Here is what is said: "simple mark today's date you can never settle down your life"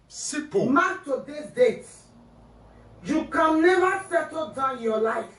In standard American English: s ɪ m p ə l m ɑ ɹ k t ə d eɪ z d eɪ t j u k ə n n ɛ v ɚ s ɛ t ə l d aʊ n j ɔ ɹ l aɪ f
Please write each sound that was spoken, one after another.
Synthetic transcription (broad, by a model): s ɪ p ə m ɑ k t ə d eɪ s d eɪ t j u k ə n n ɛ v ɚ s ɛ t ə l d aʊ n j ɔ l aɪ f